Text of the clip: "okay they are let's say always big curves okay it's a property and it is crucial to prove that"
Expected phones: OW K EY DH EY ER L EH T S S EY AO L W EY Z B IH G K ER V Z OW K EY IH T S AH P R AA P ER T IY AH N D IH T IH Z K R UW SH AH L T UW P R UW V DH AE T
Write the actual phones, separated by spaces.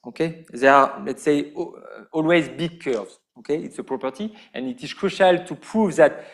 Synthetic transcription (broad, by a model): OW K EY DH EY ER L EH T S S EY AO L W EY Z B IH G K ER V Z OW K EY IH T S AH P R AA P ER T IY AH N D IH T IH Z K R UW SH AH L T UW P R UW V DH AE T